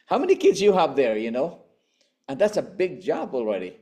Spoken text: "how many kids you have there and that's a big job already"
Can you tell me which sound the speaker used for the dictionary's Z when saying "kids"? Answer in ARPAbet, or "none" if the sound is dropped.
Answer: Z